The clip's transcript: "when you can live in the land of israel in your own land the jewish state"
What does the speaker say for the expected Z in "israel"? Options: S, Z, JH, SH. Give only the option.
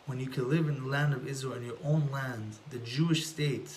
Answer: Z